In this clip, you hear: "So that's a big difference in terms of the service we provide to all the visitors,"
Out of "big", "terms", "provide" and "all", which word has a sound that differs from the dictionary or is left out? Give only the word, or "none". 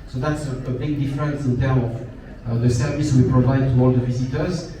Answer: terms